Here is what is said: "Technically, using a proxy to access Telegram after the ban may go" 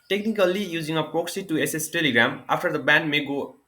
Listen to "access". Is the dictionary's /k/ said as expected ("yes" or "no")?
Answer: no